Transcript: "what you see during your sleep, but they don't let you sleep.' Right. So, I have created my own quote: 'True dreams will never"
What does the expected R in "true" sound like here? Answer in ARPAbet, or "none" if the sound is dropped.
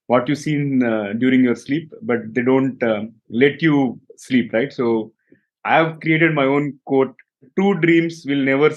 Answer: none